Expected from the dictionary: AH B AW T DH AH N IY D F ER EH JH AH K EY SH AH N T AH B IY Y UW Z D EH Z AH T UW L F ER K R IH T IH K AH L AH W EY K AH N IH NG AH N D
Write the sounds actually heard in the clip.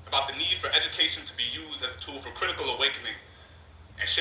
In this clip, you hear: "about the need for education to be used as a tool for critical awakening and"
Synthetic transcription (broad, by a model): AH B AW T DH AH N IY D F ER EH JH AH K EY SH AH N T AH B IY Y UW Z D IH Z AH T UW L F ER K R IH T IH K AH L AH W EY K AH N IH NG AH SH